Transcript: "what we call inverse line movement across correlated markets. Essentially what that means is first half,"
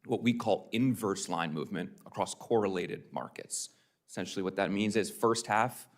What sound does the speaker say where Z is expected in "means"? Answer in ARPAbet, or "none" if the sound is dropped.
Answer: Z